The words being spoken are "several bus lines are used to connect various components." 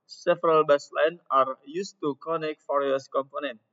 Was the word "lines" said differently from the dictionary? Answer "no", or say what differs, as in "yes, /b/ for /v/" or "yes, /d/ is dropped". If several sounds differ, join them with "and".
yes, /z/ is dropped